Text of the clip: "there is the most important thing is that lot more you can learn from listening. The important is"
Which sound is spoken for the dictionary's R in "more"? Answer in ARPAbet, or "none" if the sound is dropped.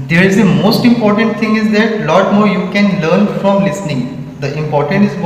R